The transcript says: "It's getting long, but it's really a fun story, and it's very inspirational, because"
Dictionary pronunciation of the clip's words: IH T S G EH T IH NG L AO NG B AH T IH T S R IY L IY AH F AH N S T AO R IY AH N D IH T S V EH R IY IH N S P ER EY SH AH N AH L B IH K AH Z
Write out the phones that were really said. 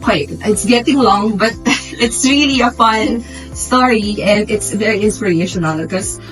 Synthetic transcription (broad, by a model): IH T S G EH T IH NG L AO NG B AH T IH T S R IY L IY AH F AH N S T AO R IY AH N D IH T S V EH R IY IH N S P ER EY SH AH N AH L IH K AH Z